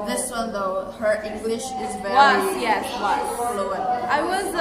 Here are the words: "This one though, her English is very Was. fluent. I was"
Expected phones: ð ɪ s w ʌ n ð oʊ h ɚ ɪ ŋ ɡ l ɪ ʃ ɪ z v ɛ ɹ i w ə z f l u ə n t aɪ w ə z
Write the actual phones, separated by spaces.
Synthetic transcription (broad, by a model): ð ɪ s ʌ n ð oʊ h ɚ ɪ ŋ ɡ l ɪ ʃ ɪ z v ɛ w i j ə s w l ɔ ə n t aɪ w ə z